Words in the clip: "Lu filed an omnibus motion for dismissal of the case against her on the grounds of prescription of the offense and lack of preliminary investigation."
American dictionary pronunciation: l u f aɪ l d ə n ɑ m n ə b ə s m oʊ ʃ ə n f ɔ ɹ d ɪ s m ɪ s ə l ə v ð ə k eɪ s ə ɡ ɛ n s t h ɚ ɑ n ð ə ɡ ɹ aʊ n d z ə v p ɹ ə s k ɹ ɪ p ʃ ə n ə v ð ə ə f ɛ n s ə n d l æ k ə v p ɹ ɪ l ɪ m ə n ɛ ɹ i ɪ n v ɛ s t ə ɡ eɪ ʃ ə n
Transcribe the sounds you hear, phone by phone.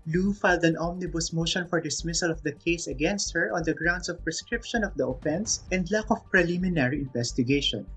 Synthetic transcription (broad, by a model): l u f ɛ l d ə n ɑ m n ə b ə s m oʊ ʃ ə n f ɔ ɹ d ɪ s m ɪ s ə l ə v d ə k eɪ s ə ɡ ɛ n s t h ɚ ɑ n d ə ɡ ɹ aʊ n d s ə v p ɹ ə s k ɹ ɪ p ʃ ə n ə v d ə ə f ɛ n s ə n d l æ k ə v p ɹ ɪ l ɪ m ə n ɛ ɹ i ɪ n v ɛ s t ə ɡ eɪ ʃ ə n